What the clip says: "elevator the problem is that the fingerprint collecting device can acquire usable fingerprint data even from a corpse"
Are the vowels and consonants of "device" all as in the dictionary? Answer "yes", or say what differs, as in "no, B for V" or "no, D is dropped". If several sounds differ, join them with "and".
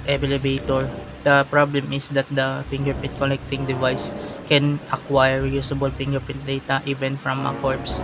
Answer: yes